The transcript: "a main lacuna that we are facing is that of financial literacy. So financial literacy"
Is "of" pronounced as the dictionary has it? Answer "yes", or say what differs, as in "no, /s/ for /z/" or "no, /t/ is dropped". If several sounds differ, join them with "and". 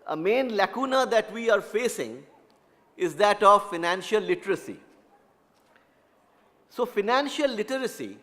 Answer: yes